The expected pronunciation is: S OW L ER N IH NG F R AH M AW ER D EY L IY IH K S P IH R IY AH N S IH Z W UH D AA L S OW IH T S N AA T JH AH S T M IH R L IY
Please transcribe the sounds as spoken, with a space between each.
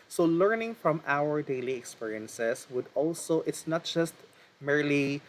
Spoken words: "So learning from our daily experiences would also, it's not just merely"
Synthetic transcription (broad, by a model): S OW L ER N IH NG F R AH M AW ER D EY L IY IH K S P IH R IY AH N S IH S W UH D AA L S OW IH T S N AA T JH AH S T M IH R L IY